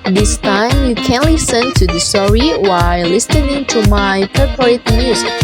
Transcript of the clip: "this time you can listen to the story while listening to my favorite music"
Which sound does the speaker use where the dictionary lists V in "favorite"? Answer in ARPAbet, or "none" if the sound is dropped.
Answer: P